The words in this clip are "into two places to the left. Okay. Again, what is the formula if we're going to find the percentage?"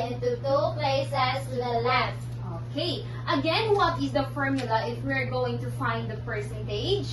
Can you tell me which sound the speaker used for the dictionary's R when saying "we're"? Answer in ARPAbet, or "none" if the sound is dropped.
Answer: R